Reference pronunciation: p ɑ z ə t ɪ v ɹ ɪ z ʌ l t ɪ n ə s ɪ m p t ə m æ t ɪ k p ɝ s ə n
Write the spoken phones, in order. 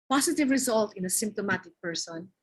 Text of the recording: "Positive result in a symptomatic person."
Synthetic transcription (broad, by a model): p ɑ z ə t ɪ v ɹ ɪ z ʌ l t ɪ n ə s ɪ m p t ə m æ t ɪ k p ɝ s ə n